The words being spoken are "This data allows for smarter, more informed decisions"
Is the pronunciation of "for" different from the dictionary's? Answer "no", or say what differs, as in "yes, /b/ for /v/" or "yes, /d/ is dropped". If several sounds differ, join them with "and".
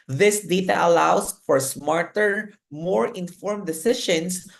no